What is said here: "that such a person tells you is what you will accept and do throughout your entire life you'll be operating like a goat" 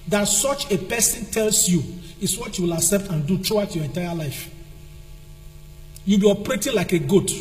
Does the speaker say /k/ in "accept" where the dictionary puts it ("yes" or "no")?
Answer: no